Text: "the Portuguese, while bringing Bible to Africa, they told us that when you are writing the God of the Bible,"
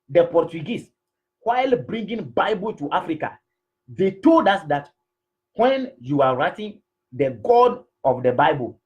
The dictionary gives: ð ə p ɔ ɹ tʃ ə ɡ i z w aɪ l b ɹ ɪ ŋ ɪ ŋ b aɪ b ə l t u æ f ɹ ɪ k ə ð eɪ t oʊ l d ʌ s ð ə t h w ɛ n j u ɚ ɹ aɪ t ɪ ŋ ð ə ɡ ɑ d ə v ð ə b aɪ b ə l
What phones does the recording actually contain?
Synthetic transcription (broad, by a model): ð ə p ɔ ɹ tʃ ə ɡ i s w aɪ l b ɹ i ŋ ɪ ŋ b aɪ b ə l t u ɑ f ɹ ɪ k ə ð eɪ t oʊ l d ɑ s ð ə t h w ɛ n j u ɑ ɹ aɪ t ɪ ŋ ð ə ɡ ɑ d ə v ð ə b aɪ b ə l